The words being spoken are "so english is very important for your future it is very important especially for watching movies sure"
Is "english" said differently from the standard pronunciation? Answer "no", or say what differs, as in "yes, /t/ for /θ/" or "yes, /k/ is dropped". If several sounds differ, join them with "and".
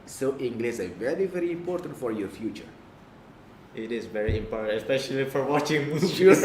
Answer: yes, /s/ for /ʃ/